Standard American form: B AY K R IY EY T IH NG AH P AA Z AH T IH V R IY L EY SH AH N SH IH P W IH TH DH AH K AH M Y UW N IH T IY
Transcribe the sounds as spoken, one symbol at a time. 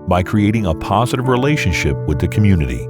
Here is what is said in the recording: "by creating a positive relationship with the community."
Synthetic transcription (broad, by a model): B AY K R IY EY T IH NG AH P AA Z AH T IH V R IY L EY SH AH N SH IH P W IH DH AH K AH M Y UW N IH T IY